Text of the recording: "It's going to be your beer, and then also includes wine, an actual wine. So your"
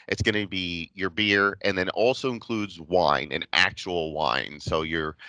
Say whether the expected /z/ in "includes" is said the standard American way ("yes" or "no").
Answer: yes